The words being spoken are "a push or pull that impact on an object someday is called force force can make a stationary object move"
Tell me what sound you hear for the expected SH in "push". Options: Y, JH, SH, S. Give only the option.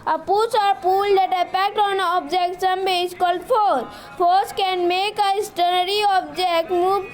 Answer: S